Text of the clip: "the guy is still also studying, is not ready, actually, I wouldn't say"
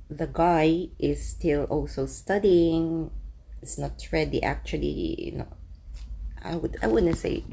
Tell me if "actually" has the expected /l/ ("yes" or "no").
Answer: no